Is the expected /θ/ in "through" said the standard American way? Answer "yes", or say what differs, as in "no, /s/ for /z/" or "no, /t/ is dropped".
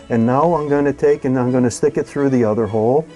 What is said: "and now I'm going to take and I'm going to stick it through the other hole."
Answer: yes